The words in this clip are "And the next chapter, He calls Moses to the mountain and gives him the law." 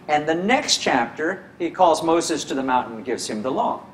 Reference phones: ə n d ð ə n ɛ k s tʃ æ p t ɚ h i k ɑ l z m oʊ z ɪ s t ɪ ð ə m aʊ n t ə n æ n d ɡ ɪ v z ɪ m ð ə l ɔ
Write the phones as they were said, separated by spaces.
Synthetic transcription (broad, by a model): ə n ð ə n ɛ k s tʃ æ p t ɚ h i k ɑ l z m oʊ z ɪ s t ɪ ð ə m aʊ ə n n ɡ ɪ v z ɪ m ð ə l ɔ